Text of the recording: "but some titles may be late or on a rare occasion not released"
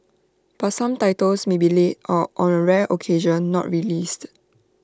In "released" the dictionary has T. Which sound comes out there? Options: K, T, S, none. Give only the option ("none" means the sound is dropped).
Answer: T